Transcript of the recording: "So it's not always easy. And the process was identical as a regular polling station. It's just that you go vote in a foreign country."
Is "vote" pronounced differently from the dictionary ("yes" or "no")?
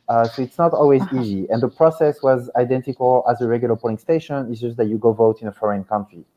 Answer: no